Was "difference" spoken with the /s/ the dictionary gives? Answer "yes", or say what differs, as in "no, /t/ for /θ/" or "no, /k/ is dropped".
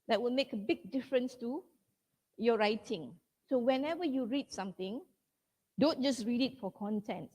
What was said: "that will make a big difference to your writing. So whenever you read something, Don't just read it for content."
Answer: yes